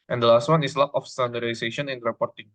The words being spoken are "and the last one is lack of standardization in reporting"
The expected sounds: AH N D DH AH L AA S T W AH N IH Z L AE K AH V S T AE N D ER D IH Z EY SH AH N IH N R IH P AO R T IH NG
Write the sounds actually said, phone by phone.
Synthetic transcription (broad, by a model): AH N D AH L AA S T W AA N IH S L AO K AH F S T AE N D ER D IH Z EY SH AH N IH N R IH P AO R T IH NG